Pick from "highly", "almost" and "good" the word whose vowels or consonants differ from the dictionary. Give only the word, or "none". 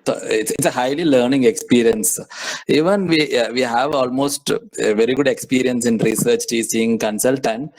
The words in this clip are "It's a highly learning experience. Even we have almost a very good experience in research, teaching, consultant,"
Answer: none